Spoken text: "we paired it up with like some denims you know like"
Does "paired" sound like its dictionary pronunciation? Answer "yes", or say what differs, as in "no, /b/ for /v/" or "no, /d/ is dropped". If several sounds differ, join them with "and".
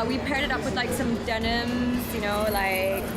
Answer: yes